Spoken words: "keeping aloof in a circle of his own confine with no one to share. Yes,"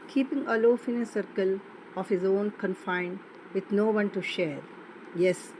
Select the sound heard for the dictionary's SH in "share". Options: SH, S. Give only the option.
SH